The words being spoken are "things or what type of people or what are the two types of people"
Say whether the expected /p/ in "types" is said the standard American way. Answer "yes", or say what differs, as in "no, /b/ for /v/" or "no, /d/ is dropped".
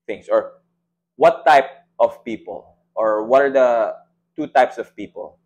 yes